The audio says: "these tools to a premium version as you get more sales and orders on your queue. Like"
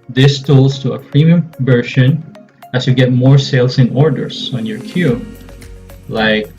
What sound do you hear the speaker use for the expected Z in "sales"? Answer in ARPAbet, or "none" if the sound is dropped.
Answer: S